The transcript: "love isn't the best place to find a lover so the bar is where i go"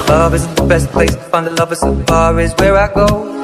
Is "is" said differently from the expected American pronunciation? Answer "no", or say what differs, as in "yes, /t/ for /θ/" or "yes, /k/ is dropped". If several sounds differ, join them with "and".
no